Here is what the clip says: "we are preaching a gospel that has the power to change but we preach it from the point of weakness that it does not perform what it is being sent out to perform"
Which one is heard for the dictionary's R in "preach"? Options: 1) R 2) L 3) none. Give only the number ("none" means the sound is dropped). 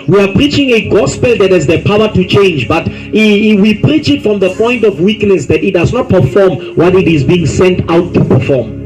1